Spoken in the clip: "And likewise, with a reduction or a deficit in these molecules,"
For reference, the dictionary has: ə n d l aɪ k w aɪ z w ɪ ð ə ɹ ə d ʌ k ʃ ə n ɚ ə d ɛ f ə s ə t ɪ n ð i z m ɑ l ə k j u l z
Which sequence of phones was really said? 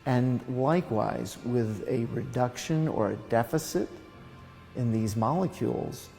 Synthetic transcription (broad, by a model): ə n l aɪ k w aɪ z w ɪ ð ə ɹ ə d ʌ k ʃ ə n ɚ ə d ɛ f ə s ə t ɪ n ð i z m ɑ l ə k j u l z